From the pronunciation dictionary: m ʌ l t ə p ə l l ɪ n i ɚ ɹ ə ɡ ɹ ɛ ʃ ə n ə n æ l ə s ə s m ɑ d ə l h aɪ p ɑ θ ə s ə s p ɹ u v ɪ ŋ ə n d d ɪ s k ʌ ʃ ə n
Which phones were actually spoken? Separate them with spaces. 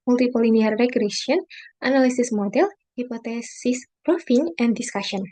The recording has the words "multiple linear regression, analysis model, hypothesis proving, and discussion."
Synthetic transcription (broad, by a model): m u l t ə p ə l l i n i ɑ ɹ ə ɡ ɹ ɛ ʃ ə n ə n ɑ l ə s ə s m ɑ d ə l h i p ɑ t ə s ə s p ɹ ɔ f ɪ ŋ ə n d d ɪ s k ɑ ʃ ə n